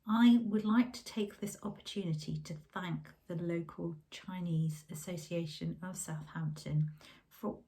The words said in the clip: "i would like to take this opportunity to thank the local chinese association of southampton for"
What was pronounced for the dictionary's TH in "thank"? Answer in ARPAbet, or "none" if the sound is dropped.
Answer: TH